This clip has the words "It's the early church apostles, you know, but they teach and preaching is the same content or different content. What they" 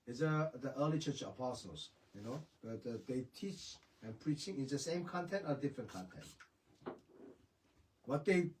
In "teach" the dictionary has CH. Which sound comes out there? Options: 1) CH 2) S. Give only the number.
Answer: 1